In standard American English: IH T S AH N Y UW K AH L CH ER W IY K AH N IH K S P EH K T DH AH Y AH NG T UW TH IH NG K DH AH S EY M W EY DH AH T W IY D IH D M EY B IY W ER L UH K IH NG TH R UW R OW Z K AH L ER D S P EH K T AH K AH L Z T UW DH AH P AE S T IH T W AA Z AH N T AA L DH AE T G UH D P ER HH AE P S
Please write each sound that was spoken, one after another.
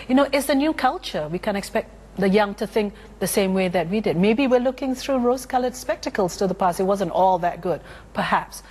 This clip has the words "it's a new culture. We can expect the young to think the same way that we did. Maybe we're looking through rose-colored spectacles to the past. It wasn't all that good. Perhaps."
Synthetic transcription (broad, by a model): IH T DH AH N Y UW K AH L CH ER W IY K AH N IH K S P EH K T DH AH Y AH NG T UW TH IH NG K DH AH S EY M W EY DH AH T W IY D IH D M EY B IY W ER L UH K IH NG TH R UW R OW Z K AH L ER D S P EH K T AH K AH L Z T UW DH AH P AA S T IH T W AA Z AH N T AA L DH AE T G UH D P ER HH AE P S